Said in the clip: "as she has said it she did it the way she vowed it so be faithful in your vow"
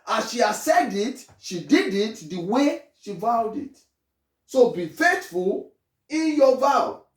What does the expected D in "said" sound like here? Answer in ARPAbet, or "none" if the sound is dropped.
D